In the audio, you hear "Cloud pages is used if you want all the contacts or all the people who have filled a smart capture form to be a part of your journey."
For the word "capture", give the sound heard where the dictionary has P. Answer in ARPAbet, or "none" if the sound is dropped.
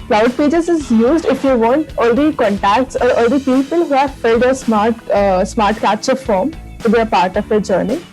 none